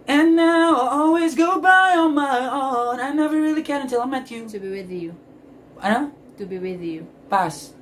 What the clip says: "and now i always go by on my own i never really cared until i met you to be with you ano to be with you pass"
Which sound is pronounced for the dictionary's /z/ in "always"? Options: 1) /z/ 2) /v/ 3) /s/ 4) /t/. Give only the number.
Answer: 1